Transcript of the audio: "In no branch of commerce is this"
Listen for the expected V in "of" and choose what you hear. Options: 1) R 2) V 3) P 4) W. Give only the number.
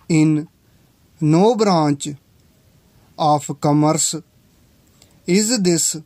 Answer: 3